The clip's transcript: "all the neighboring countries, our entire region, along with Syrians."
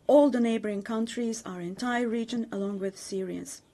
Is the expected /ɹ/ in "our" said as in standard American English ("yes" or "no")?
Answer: yes